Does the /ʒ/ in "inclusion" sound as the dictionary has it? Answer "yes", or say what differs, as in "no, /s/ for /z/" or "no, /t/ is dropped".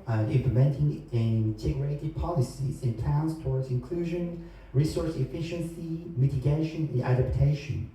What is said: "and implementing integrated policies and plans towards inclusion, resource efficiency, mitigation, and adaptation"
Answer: yes